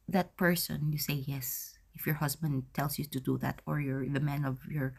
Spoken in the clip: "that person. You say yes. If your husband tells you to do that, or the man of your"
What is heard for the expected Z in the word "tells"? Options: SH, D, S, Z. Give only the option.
S